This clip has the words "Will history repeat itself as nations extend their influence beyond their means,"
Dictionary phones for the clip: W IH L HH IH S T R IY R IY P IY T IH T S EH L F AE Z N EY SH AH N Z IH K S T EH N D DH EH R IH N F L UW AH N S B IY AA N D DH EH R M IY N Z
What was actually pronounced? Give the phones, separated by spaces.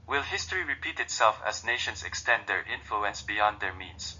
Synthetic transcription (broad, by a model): W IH L HH IH S T R IY R IY P IY T IH T S EH L F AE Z N EY SH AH N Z IH K S T EH N D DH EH R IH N F L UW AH N S B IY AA N D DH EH R M IY N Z